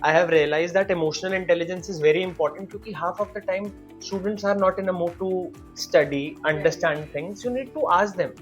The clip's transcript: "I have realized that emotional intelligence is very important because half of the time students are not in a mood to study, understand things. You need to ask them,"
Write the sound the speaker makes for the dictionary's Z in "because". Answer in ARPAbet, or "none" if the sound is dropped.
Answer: none